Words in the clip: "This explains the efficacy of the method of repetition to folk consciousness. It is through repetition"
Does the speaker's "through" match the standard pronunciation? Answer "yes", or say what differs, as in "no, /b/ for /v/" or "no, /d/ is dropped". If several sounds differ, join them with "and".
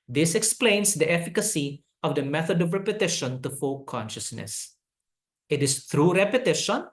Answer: no, /t/ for /θ/